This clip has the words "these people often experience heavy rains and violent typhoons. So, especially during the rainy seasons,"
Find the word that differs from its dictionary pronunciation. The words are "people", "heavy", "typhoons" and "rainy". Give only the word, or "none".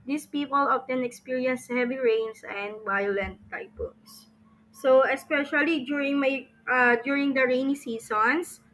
typhoons